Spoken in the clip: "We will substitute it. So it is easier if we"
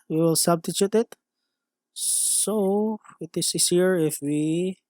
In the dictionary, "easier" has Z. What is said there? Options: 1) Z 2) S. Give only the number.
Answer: 2